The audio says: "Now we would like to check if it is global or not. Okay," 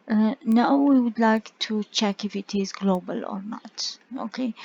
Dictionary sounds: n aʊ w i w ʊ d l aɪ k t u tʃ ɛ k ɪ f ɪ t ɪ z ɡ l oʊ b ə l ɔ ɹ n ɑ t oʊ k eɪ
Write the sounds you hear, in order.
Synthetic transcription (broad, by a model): n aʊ w i w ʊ d l aɪ k t u tʃ ɛ k ɪ f ɪ t ɪ z ɡ l oʊ b ə l ɔ ɹ n ɑ t oʊ k eɪ